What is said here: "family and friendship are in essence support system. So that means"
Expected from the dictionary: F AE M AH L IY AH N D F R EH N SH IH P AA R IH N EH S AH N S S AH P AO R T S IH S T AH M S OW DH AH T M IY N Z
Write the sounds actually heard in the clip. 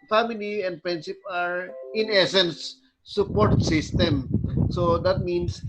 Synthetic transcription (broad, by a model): F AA M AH L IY AH N D P R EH N S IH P AA R IH N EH S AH N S S AH P AO R T S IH S T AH M S OW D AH T M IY N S